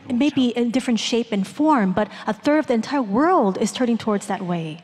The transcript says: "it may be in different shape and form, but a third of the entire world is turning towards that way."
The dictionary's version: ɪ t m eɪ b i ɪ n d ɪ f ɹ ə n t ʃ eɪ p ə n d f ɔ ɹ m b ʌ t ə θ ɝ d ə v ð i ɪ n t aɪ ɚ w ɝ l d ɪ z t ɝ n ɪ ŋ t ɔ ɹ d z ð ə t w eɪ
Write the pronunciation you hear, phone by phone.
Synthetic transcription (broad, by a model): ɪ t m eɪ b i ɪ d ɪ f ɹ ə n t ʃ eɪ p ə n f ɔ ɹ m b ʌ t ə θ ɝ d ə v ð i ɪ n t aɪ ɚ w ɝ l d ɪ z t ɝ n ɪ ŋ t ɔ ɹ d z ð ə t w eɪ